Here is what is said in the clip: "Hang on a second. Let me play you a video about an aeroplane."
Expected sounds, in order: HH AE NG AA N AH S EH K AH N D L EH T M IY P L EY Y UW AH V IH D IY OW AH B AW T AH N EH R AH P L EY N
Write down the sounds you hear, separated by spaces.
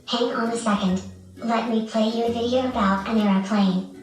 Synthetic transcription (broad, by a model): HH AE NG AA N AH S EH K AH N D L EH T M IY P L EY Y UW AH V IH D IY OW AH B AW T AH N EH R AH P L EY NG